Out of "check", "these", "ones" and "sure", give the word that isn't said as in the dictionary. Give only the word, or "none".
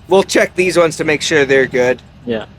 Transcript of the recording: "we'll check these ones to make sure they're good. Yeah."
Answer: none